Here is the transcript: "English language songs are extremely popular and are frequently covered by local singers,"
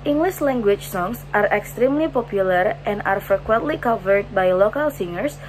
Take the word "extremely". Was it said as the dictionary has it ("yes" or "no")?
yes